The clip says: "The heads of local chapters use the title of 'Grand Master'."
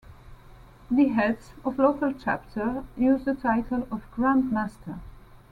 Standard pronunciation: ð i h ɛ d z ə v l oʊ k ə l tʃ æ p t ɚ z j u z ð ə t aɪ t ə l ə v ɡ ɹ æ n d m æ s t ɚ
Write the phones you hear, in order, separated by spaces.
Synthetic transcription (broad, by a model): ð i h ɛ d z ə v l oʊ k ə l tʃ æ p t ɚ j u z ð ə t aɪ t ə l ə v ɡ ɹ æ n d m æ s t ɚ